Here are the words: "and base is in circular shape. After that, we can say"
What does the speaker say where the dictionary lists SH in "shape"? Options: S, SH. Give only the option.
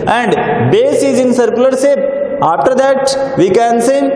S